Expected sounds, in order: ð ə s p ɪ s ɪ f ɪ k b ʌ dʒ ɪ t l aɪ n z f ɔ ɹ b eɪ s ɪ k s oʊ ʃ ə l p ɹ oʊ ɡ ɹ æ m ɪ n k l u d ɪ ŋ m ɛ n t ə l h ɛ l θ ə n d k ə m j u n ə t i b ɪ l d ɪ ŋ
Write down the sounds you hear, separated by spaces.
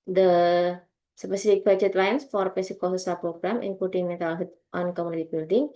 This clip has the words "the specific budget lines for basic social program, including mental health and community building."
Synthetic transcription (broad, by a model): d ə s p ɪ s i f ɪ k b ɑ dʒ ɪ t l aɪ n s f ɔ ɹ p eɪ s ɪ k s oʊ s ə p ɹ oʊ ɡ ɹ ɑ m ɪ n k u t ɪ ŋ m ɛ t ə l h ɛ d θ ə n k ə m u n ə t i b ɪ l d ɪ ŋ